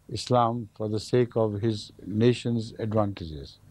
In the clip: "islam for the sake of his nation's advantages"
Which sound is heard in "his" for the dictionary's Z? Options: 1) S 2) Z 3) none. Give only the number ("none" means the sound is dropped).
2